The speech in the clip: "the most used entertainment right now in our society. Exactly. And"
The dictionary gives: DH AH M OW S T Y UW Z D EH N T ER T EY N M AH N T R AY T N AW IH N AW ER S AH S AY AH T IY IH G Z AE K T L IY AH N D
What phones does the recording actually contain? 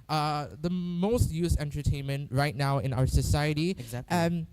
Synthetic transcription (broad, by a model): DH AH M OW S T Y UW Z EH N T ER T EY N M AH N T R AY T N AW IH N AW ER S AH S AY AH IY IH T IY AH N